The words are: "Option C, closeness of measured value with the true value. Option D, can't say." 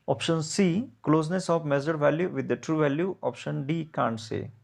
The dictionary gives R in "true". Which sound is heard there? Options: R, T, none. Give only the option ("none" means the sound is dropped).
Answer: R